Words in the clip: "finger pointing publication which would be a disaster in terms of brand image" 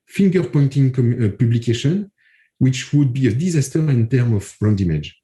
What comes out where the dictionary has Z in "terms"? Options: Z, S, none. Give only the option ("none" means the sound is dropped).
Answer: none